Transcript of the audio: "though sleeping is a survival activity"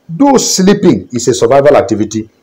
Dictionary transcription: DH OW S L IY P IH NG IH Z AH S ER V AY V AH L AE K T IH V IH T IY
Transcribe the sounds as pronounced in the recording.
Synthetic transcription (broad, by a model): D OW S L IY P IH NG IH S AH S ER V AY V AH L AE K T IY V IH T IY